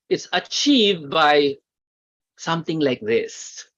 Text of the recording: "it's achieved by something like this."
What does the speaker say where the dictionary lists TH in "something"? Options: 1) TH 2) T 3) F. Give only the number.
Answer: 2